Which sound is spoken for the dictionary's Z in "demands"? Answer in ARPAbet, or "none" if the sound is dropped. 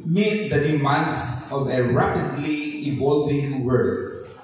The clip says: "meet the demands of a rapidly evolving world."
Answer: S